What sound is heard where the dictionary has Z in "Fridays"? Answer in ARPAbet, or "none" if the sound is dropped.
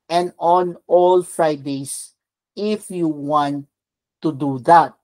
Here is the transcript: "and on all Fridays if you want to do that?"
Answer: S